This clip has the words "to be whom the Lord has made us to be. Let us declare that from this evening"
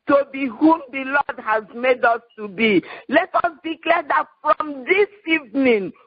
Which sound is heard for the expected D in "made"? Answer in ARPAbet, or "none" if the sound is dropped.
D